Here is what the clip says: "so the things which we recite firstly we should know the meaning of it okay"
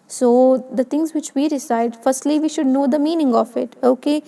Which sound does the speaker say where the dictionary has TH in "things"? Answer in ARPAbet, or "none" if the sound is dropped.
T